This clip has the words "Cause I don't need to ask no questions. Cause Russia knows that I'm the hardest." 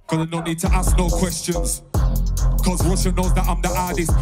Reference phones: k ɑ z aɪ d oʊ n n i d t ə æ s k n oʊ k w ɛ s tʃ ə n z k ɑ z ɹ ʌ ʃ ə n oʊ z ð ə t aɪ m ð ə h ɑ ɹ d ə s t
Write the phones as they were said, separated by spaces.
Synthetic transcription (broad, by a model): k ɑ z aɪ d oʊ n n i d t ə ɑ s k n oʊ k w ɛ s tʃ ə n z k ɑ z w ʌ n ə n oʊ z ð ə t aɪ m ð ə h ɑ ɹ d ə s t